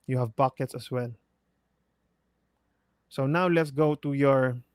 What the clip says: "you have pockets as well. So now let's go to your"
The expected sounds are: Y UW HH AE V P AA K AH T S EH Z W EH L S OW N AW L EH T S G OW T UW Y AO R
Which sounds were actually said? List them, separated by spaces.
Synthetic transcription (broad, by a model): Y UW HH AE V P AA K AH T S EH S W EH L S OW N AW L EH T S G OW T UW Y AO R